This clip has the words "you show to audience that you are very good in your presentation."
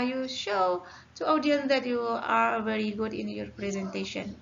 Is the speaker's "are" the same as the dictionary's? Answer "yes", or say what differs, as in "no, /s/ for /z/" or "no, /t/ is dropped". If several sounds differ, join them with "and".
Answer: yes